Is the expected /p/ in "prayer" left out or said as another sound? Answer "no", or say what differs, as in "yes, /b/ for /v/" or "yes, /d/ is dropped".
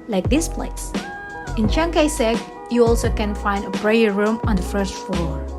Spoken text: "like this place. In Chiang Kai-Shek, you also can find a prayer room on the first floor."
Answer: yes, /b/ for /p/